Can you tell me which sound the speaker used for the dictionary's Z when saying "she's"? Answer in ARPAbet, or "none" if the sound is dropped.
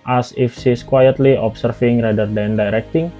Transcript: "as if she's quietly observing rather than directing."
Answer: S